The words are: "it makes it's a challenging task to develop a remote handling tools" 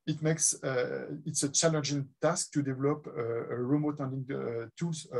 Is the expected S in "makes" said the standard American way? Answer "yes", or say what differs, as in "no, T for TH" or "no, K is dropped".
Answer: yes